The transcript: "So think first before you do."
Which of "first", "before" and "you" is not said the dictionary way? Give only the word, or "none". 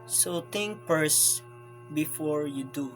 first